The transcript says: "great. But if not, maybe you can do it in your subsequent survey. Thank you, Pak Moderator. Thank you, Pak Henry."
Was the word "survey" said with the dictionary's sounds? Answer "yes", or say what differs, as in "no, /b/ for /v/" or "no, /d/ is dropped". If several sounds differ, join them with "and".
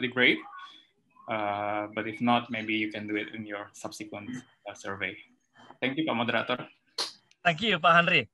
yes